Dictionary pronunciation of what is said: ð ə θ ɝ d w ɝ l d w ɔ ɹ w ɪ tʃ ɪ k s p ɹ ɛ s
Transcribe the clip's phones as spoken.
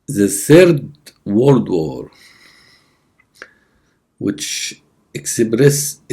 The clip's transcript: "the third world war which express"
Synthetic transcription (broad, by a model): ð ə θ ɝ d w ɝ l d w ɔ ɹ w ɪ tʃ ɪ k s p ɹ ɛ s